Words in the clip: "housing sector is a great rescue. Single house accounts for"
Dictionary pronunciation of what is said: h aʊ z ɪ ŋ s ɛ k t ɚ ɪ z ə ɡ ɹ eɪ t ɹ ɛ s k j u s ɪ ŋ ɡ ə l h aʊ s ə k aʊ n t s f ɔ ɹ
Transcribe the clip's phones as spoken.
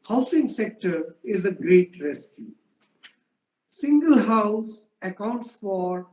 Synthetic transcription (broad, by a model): h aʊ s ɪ ŋ s ɛ k t ɚ ɪ z ə ɡ ɹ eɪ t ɹ ɛ s k j u s ɪ ŋ ɡ ə l h aʊ s ə k aʊ n t s f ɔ ɹ